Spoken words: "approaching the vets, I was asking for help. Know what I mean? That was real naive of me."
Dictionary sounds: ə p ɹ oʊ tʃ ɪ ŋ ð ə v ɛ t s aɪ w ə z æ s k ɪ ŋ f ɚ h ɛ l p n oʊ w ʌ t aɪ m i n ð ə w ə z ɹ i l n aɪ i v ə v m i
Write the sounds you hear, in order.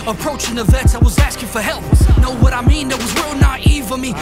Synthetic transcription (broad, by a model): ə p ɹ oʊ tʃ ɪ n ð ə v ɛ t aɪ w ə z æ s k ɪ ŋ f ɚ h ɛ l p n oʊ w ʌ t aɪ m i n ð ə w ə z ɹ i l n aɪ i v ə m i